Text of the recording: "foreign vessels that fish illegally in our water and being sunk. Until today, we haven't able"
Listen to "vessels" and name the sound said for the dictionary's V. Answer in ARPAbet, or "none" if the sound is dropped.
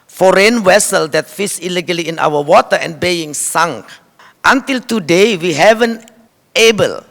W